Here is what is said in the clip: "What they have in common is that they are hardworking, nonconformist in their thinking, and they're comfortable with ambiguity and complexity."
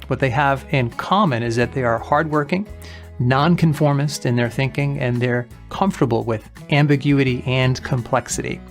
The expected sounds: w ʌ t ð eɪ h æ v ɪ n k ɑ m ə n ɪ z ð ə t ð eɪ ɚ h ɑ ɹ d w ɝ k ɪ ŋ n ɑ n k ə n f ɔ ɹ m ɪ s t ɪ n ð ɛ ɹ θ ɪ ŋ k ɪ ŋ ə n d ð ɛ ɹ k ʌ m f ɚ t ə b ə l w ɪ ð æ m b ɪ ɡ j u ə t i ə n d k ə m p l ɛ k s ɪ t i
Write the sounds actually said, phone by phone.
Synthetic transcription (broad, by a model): w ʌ t ð eɪ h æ v ɪ n k ɑ m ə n ɪ z ð ə t ð eɪ ɚ h ɑ ɹ d w ɝ k ɪ ŋ n ɑ n k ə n f ɔ ɹ m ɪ s t ɪ n ð ɛ ɹ θ ɪ ŋ k ɪ ŋ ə n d ð ɛ ɹ k ʌ m f t ə b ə l w ɪ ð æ m b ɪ ɡ j u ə t i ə n k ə m p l ɛ k s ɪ t i